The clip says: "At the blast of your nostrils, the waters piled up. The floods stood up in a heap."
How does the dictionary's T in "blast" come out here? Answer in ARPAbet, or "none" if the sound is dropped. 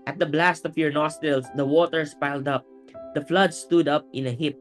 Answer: T